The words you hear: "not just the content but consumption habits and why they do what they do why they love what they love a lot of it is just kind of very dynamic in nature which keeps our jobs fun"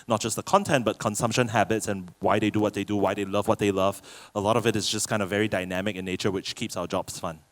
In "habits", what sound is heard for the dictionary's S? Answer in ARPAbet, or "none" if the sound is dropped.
S